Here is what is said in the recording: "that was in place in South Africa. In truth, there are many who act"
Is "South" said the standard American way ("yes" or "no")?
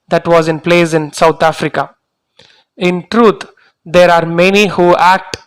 no